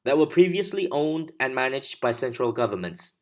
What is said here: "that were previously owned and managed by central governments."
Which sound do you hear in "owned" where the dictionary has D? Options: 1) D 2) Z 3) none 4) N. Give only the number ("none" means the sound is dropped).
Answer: 1